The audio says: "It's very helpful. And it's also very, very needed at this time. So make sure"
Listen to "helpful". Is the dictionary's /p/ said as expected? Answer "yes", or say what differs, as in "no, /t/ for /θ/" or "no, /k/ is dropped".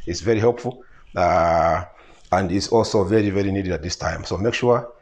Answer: yes